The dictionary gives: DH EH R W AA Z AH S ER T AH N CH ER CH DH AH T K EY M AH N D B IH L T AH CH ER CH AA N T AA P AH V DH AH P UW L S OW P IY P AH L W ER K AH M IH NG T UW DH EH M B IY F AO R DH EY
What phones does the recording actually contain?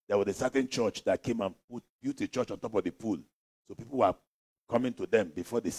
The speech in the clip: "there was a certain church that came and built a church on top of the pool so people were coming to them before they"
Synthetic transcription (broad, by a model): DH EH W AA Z AH S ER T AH N CH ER CH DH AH T K EY M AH N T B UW T AH CH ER CH AA N T AA P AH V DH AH P UW L S OW P IY P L W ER K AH M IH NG T UW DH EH M B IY F AO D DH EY